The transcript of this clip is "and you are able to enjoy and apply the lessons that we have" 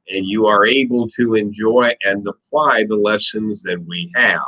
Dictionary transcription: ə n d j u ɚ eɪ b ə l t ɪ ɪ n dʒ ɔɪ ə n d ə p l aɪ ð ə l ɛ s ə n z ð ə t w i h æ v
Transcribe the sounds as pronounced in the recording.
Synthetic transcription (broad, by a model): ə n j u ɚ eɪ b ə l t ɪ ɪ n dʒ ɔɪ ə n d ə p l aɪ ð ə l ɛ s ə n z ð ə t w i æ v